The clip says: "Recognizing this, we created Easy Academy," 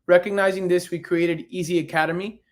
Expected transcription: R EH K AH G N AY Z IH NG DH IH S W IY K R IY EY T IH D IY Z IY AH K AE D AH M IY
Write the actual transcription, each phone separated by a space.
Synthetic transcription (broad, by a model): R EH K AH G N AY Z IH NG DH IH S W IY K R IY EY T IH D IY Z IY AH K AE D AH M IY